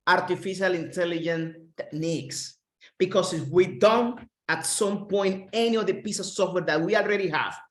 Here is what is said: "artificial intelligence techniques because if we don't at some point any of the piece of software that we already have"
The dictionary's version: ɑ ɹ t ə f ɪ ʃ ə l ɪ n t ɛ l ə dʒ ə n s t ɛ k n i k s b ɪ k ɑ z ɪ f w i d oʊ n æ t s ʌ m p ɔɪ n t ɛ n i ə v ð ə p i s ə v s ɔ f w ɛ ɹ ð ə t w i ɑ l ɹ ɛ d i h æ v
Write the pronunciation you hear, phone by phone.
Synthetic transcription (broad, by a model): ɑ ɹ t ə f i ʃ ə l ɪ n t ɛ l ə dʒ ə n t ɛ k n i k s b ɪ k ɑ s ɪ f w i d oʊ n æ t s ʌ m p ɔɪ n t ɛ n i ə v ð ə p i s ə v s ɔ f w ɛ ɹ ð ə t w i ɑ l ɹ ɛ d i h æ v